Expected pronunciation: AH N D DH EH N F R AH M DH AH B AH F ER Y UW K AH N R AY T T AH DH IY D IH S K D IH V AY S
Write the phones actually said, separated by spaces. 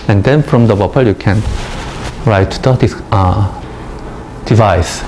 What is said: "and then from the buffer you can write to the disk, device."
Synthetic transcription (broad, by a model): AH N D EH N F R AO M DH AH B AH P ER Y UW K AH N R AY T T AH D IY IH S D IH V AY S